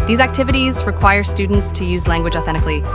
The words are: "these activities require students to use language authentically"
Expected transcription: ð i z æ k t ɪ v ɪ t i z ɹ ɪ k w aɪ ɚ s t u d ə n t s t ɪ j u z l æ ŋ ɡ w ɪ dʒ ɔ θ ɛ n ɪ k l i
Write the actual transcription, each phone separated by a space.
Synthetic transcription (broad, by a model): ð i z æ k t ɪ v ɪ t i z ɹ ɪ k w aɪ ɚ s t u d n t s t ɪ j u z l æ ŋ ɡ w ɪ dʒ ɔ θ ɛ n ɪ k l i